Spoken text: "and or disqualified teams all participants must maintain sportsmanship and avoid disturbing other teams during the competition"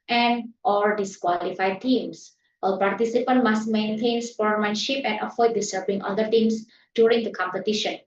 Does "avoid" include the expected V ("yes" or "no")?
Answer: no